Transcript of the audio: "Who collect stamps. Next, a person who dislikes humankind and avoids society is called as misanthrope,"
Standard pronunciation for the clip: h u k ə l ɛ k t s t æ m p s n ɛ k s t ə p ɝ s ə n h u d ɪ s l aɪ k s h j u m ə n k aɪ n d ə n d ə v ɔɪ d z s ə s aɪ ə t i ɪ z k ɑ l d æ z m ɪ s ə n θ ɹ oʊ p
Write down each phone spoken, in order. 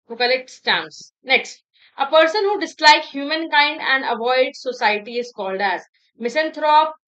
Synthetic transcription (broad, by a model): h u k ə l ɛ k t s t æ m s n ɛ k s t ə p ɝ s ə n h u d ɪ s l aɪ k h j u m ə n k aɪ n d ə n d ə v ɔɪ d s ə s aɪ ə t i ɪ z k ɑ l d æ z m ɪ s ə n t ɹ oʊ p